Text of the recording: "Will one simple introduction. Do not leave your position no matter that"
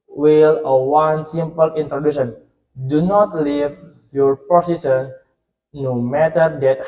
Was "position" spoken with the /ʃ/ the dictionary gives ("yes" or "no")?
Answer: no